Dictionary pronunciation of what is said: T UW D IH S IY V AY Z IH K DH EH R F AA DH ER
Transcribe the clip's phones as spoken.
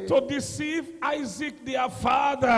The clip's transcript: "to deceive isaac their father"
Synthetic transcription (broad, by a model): T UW D IH S IY V AY Z IH K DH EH F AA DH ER